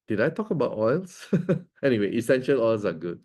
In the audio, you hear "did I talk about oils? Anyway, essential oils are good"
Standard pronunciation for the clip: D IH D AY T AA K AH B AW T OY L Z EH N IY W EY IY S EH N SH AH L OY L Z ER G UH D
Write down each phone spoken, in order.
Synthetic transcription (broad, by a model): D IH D AY T AA K AH B AW T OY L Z EH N IY W EY IY S EH N SH AH L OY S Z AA G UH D